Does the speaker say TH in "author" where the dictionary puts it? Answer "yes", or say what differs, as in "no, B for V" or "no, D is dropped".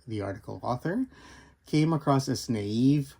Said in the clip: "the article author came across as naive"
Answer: yes